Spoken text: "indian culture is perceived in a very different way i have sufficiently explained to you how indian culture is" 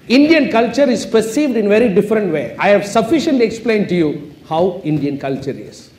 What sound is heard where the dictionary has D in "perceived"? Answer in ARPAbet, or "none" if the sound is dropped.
D